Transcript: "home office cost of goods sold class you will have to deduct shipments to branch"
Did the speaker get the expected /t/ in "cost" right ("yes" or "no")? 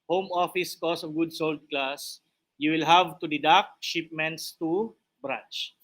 no